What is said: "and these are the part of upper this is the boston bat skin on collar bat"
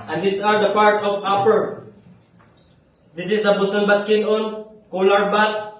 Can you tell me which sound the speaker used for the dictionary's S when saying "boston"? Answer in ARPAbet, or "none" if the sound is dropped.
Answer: none